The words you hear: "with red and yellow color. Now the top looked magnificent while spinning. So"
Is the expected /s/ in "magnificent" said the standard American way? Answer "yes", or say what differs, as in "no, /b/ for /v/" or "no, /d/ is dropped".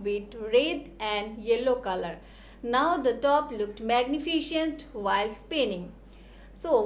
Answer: no, /ʃ/ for /s/